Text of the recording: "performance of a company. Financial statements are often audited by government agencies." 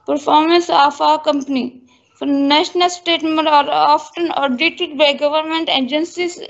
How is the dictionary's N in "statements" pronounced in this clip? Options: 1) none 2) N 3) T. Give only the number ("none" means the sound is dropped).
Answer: 1